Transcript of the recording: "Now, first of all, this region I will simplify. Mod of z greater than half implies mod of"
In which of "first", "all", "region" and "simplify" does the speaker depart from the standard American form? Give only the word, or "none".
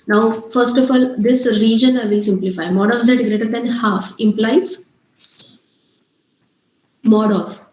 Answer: none